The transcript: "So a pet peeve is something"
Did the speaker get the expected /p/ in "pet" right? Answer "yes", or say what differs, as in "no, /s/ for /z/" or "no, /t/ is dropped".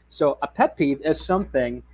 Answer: yes